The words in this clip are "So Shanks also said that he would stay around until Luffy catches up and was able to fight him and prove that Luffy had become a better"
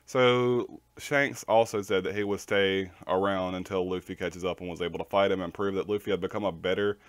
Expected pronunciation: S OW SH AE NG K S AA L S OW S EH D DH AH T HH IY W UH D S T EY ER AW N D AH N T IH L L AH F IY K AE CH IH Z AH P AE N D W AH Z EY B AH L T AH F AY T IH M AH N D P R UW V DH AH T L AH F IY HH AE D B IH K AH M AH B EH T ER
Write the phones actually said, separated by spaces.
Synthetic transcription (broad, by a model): S OW SH AE NG K S AA L S OW S EH D DH AH T HH IY W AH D S T EY ER AW N D AH N T IH L L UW F IY K AE CH IH Z AH P N W AH Z EY B L T AH F AY T IH M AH N P R UW V DH AH T L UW F IY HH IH D B IH K AH M AH B EH T ER